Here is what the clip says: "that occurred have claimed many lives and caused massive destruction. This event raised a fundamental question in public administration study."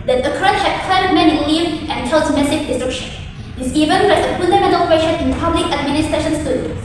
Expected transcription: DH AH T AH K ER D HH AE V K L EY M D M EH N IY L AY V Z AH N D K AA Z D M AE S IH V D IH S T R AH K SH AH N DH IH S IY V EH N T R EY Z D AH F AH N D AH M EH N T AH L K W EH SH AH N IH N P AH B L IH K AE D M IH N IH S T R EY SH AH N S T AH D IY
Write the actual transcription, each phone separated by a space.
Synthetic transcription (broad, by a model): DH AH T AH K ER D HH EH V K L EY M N M EH N IY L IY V AH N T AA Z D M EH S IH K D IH S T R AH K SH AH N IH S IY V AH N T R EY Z AH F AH N D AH M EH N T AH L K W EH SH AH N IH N P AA B L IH K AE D M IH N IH S T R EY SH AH N S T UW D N